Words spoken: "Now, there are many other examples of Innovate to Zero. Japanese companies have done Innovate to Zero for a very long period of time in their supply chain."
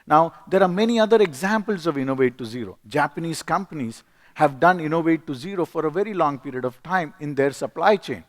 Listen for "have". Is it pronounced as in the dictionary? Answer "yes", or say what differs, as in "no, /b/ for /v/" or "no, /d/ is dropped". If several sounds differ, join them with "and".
yes